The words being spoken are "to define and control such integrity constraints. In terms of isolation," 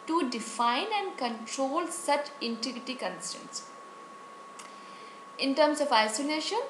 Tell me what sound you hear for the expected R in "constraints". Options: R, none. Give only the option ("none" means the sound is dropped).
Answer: none